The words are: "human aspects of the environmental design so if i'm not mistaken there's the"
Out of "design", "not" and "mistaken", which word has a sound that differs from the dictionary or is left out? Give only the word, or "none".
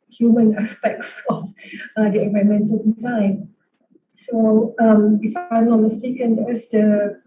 not